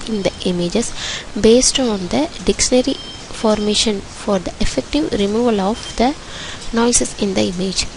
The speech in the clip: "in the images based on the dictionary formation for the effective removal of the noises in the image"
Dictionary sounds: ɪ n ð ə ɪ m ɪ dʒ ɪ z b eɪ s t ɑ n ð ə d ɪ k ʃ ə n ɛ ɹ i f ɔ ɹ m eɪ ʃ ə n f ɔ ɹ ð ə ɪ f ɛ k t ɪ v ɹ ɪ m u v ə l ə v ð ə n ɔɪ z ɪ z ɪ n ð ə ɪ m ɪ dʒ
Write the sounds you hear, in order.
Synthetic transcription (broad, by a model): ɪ n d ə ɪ m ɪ dʒ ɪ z b eɪ s t ɑ n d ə d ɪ k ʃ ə n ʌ ɹ i f ɔ ɹ m eɪ ʃ ə n f ɔ ɹ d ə ɪ f ɛ k t ɪ v ɹ ɪ m u v ə l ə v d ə n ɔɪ s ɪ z ɪ n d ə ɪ m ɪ dʒ